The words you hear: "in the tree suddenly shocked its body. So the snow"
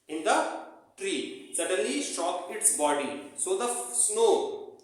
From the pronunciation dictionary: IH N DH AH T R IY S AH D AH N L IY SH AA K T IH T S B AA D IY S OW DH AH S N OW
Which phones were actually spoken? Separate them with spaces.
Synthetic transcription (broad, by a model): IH N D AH T R IY S AH D AH N L IY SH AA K IH T S B AA D IY S OW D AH S N OW